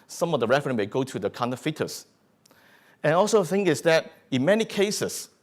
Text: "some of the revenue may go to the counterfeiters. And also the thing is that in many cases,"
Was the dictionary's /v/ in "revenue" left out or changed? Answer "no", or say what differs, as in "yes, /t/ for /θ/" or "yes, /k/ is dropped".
yes, /f/ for /v/